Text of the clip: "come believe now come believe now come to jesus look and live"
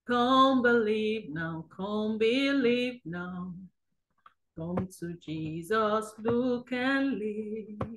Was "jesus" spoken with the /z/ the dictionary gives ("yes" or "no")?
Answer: yes